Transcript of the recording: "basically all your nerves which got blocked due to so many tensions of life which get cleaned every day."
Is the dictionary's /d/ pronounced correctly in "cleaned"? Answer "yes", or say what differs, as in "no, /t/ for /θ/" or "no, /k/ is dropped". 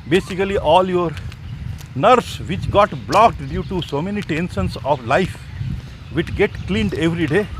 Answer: yes